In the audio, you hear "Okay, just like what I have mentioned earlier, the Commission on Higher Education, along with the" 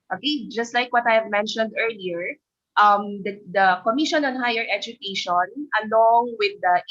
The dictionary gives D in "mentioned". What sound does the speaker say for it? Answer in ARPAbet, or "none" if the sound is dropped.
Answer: D